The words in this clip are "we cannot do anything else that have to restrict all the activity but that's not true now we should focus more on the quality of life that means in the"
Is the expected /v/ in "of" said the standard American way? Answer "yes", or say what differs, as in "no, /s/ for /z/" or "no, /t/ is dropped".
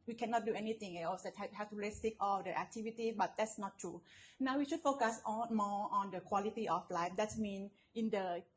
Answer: no, /f/ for /v/